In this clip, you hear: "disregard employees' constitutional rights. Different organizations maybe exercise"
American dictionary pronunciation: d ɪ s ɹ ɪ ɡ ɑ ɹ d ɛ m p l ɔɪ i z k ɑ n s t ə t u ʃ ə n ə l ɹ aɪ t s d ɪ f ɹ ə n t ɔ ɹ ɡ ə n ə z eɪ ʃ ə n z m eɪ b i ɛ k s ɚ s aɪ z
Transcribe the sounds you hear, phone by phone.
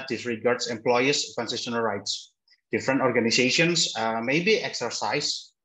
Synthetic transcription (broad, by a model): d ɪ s ɹ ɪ ɡ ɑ ɹ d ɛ m p l ɔɪ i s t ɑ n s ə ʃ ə n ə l ɹ aɪ t s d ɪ f ɹ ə n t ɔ ɹ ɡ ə n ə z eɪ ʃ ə n s m eɪ b i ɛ k s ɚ s aɪ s